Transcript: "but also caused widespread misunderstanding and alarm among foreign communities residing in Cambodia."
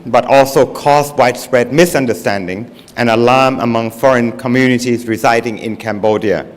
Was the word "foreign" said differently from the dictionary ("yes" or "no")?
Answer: no